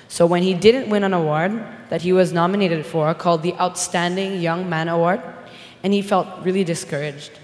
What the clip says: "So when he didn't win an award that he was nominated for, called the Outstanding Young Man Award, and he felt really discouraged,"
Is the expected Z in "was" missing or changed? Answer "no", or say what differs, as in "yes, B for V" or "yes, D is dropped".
no